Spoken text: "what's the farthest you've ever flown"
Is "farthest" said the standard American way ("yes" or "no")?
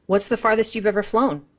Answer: yes